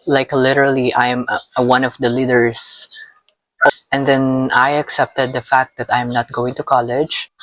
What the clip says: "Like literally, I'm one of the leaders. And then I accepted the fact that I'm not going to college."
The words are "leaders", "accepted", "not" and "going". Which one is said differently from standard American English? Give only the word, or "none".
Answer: leaders